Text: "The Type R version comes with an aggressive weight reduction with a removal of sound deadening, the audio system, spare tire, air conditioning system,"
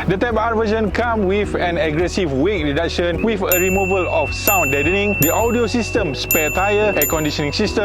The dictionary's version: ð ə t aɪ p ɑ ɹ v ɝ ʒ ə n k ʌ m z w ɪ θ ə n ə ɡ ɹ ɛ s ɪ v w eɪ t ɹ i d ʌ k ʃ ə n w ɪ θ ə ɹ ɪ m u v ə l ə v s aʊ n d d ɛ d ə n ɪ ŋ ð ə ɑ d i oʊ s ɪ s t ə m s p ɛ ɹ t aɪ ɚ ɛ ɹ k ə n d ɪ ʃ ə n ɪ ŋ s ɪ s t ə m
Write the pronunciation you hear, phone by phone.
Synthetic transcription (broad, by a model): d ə t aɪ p ɑ ɹ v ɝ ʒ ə n k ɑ m w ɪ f ə n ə ɡ ɹ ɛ s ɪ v w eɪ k ɹ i d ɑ k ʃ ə n w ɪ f ə ɹ ɪ m u v ə l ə f s aʊ n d d ɛ d ə n ɪ ŋ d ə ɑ d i oʊ s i s t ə m s p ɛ t aɪ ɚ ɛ k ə n d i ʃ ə n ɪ ŋ s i s t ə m